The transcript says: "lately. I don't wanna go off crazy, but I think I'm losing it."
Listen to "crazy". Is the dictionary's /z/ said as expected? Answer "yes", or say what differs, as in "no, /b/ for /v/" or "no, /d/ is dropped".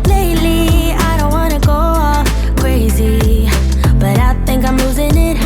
yes